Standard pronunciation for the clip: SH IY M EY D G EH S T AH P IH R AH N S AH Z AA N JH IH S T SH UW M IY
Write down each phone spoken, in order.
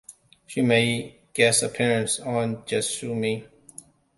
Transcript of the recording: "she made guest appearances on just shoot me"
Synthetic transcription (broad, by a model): SH IY M EY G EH S AH P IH R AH N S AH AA N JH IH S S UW M IY